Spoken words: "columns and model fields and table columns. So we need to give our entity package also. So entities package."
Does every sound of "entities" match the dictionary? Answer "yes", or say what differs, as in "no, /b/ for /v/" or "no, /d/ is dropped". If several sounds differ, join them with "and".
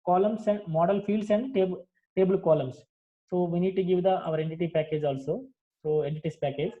no, /s/ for /z/